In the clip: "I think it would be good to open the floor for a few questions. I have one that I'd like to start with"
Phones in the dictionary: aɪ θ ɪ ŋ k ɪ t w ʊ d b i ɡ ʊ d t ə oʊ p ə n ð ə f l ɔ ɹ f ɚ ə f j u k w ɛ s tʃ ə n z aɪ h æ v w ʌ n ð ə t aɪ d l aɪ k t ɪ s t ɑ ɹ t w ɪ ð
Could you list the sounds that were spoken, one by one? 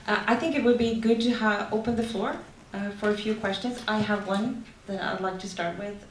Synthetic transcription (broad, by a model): aɪ θ ɪ ŋ k ɪ t w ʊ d b i ɡ ʊ d t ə oʊ p ə n ð ə f l ɔ ɹ f ɚ ə f j u k w ɛ s tʃ ə n z aɪ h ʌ v w ʌ n ð ə t aɪ d l aɪ k t ɪ s t ɑ ɹ t w ɪ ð